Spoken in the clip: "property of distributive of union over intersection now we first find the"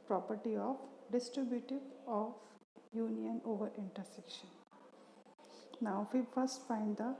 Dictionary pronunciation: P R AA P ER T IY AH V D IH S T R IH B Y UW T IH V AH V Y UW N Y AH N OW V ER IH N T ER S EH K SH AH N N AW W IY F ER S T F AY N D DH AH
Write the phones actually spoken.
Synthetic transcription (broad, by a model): P R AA P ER T IY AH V D IH S T R IH B Y UW T IH V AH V Y UW N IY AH N OW V ER IH N T ER S EH K SH AH N N AW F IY F ER S T F AY N D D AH